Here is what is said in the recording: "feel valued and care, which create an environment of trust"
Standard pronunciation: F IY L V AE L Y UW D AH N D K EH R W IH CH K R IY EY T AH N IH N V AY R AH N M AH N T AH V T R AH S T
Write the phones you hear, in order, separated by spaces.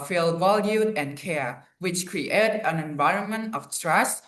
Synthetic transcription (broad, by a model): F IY L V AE L Y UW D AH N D K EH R W IH CH K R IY EY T AH N IH N V AY R AH N M AH N T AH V T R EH S